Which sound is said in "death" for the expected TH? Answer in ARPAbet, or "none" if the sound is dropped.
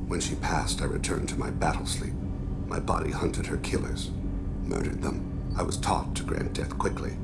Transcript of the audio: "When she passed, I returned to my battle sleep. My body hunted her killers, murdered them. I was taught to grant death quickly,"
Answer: TH